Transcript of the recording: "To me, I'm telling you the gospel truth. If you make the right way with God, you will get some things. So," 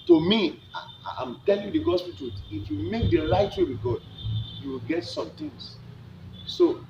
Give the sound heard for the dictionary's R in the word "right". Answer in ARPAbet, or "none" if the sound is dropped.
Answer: L